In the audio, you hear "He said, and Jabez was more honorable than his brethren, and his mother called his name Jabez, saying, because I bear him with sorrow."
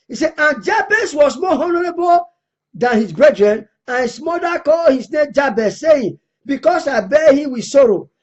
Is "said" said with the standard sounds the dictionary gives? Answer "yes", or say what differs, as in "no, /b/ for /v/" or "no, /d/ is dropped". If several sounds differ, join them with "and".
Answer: no, /d/ is dropped